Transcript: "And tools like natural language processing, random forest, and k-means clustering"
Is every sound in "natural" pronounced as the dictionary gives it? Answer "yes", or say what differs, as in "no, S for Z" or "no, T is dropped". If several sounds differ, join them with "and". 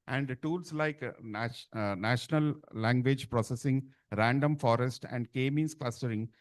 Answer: no, N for L